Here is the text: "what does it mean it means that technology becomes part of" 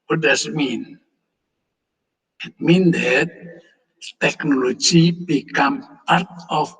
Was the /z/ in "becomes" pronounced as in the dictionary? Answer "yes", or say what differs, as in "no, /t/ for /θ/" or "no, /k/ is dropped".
no, /z/ is dropped